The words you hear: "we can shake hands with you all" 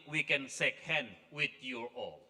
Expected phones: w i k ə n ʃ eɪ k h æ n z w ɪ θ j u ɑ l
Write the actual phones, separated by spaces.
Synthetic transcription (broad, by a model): w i k ə n s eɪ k h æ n w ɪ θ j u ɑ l